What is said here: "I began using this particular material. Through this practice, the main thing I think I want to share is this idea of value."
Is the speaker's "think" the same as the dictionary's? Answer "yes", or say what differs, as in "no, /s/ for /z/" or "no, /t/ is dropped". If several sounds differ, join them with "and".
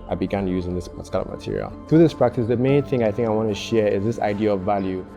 yes